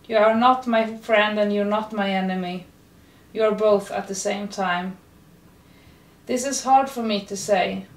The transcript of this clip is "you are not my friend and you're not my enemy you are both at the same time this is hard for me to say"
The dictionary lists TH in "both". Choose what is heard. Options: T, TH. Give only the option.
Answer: TH